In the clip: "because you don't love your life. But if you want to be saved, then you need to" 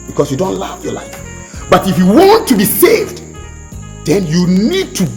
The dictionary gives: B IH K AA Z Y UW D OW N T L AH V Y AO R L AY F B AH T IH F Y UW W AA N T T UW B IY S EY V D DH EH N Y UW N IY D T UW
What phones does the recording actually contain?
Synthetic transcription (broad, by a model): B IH K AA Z Y UW D OW N T L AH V Y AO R L AY F B AH T IH F Y UW W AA N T T UW B IY S EY V D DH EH N Y UW N IY D T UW